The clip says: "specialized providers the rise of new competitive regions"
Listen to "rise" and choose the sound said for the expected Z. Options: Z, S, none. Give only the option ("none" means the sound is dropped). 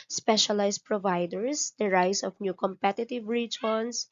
S